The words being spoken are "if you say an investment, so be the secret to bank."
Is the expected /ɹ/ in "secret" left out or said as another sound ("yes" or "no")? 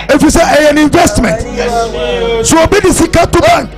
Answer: yes